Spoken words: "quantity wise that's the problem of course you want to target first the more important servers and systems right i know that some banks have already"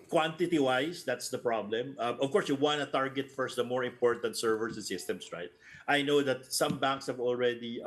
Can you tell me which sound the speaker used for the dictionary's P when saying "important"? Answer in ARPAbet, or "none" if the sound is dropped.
P